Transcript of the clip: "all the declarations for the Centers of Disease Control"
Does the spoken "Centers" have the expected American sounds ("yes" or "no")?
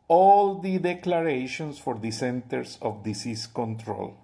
no